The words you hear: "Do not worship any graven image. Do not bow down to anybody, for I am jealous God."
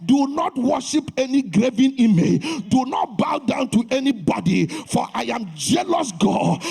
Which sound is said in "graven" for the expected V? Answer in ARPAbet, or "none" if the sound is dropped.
V